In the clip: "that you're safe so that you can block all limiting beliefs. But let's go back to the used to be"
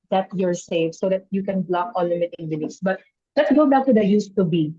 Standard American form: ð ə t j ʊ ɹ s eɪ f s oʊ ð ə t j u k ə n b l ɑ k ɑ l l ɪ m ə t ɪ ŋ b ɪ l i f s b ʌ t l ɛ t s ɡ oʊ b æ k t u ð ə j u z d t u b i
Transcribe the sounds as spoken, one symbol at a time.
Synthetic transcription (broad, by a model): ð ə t j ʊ ɹ s eɪ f s oʊ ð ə t j u k ə n b l ɑ k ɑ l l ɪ m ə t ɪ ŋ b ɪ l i s b ʌ t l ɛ t s ɡ oʊ b æ k t u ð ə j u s t u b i